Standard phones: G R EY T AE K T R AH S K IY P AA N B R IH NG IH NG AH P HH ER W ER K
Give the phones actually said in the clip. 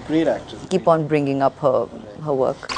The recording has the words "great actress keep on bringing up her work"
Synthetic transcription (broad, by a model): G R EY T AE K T AH K IY P AA N B R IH NG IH NG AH P HH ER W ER K